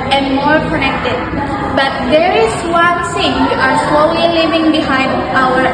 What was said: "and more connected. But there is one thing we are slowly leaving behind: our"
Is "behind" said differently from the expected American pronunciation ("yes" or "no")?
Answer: no